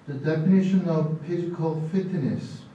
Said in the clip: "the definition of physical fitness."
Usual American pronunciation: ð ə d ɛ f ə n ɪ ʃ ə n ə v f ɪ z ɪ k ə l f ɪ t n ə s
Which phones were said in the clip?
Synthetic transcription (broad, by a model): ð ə d ɛ f ə n ɪ ʃ ə n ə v p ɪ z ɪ k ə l f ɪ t n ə s